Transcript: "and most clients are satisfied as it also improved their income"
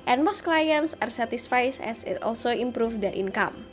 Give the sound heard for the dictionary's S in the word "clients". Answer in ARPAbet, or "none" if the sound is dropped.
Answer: S